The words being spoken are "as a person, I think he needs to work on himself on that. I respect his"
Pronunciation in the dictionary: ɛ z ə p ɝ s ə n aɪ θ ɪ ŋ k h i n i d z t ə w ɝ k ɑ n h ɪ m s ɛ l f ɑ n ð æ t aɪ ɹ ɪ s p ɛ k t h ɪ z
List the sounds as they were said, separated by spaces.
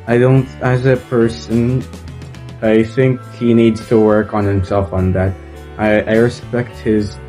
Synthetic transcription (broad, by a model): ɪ z ə p ɝ s ə n aɪ θ ɪ ŋ k h i n i d z t ə w ɝ k n h ɪ m s ɛ l f n ð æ t aɪ ɹ ɪ s p ɛ k t h ɪ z